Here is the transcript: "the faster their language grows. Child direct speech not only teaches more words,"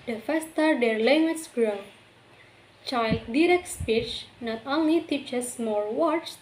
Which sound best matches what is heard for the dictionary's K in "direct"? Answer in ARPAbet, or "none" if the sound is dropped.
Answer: K